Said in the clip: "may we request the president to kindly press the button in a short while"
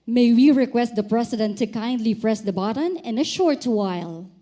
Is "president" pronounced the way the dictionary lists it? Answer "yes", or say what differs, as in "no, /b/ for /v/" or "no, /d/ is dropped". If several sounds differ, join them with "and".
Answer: no, /s/ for /z/